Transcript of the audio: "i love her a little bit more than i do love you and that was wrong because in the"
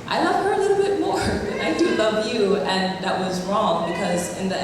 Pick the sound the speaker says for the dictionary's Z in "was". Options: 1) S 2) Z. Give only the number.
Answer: 2